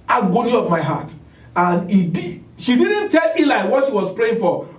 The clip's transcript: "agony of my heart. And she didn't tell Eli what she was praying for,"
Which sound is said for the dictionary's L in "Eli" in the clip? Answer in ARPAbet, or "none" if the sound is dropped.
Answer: L